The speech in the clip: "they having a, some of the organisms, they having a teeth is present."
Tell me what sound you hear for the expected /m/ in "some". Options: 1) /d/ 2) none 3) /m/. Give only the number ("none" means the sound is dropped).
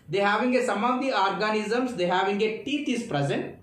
3